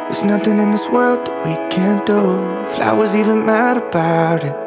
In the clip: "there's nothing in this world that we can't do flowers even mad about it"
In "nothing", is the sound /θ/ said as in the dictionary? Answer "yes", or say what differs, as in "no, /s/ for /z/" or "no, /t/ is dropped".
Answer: yes